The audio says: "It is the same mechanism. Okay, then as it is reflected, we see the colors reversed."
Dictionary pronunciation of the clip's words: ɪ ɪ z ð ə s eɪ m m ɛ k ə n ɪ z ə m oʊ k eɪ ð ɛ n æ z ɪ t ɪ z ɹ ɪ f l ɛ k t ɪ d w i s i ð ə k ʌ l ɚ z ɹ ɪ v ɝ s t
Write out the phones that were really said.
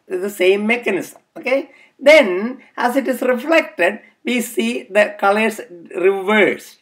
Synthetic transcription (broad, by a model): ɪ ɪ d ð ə s eɪ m m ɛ k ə n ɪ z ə m oʊ k eɪ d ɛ n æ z ɪ t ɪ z ɹ ɪ f l ɛ k t ɪ d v i s i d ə k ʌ l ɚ s ɹ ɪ v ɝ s